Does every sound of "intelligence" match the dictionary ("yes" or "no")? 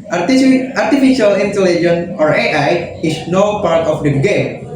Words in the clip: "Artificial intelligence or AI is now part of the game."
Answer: no